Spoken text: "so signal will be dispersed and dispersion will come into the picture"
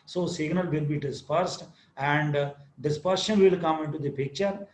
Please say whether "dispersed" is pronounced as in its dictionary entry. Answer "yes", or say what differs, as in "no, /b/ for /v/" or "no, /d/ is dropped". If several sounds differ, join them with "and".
yes